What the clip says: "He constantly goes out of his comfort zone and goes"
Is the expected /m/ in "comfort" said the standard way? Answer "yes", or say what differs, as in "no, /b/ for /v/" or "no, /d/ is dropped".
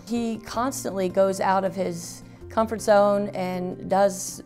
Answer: yes